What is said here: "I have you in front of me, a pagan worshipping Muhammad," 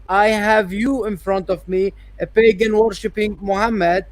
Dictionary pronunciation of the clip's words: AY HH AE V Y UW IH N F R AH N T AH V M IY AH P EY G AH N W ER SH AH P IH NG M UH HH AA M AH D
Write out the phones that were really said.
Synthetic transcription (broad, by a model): AY HH AE V Y UW IH N F R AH N T AH V M IY AH P EY G AH N W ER SH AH P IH NG M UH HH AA M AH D